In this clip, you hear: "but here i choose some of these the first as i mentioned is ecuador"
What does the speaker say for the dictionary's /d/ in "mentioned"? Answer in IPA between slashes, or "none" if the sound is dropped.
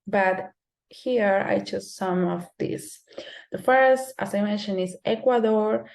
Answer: none